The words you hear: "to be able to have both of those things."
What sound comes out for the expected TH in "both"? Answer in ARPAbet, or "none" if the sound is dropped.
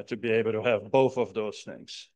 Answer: TH